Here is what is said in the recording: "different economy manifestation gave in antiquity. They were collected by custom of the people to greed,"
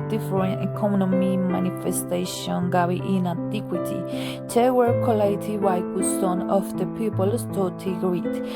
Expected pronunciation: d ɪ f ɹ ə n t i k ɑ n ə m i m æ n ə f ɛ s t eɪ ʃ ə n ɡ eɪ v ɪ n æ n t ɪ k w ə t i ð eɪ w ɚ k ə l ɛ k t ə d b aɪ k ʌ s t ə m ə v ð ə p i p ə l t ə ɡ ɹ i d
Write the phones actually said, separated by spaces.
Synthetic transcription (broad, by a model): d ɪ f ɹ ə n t i k ɑ n ə m i m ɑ n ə f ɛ s t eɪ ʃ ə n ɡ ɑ w ɪ n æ n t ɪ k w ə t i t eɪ w ɚ k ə l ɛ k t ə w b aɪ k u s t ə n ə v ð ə p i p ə l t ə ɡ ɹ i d